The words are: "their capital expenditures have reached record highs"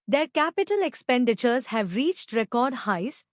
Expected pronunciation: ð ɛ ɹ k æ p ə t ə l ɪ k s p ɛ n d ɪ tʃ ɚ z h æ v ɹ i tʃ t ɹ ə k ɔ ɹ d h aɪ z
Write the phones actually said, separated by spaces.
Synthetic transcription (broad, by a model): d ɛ ɹ k æ p ə t ə l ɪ k s p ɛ n d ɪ tʃ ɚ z h æ v ɹ i tʃ t ɹ ə k ɔ ɹ d h aɪ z